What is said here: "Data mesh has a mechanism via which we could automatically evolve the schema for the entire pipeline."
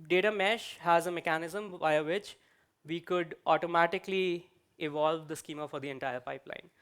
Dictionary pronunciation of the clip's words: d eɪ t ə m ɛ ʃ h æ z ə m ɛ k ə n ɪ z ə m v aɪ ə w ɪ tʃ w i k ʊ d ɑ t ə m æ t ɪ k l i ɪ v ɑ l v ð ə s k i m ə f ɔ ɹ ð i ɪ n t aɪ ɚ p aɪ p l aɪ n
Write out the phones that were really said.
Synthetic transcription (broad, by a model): d eɪ t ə m ɛ ʃ h æ z ə m ɛ k ə n ɪ z ə m v aɪ ə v ɪ tʃ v i k ʊ d ɑ t ə m æ t ɪ k l i ɪ v ɑ l v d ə s k i m ə f ɔ ɹ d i ɪ n t aɪ ɚ p aɪ p l aɪ n